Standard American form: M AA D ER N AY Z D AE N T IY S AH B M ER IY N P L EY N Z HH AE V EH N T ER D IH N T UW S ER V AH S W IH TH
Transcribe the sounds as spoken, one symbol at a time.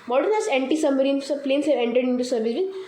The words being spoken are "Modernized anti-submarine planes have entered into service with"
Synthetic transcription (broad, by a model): M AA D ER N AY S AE N T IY S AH M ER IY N P L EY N S HH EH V EH N T ER D IH N T UW S ER V AH S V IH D